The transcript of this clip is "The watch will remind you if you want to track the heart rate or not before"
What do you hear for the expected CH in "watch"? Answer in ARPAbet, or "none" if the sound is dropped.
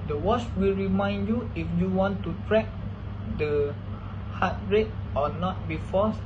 S